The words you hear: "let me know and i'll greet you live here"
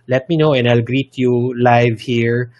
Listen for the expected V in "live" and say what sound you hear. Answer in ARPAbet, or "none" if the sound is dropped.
V